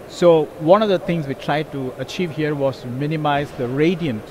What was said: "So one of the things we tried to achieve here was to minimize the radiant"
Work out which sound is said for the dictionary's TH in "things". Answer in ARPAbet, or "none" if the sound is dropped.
T